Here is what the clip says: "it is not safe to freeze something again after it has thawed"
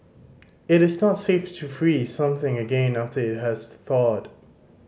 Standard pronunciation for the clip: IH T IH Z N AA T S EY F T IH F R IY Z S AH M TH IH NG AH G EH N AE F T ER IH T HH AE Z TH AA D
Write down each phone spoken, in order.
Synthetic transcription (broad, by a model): IH T IH Z N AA T S EY F T IH F R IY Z S AH M TH IH NG AH G EH N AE F T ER IH T HH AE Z TH AA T